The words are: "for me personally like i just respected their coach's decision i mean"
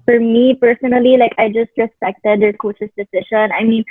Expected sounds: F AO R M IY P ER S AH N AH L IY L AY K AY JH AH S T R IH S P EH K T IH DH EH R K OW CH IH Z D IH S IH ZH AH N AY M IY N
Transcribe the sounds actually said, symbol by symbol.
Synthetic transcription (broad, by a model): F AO R M IY P ER S AH N AH L IY L AY K AY JH AH S T R IH S P EH K T IH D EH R K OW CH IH S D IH S IH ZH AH N AY M IY N